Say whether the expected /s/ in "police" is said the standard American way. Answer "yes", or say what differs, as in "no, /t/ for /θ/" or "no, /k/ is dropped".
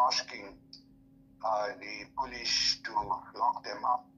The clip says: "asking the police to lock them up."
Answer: no, /ʃ/ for /s/